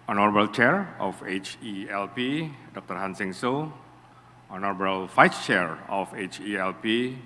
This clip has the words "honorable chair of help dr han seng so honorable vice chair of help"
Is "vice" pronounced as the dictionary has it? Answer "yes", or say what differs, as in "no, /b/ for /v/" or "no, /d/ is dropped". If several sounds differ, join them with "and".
no, /f/ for /v/